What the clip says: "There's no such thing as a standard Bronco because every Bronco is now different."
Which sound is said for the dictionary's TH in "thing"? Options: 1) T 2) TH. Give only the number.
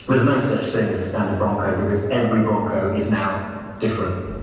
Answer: 2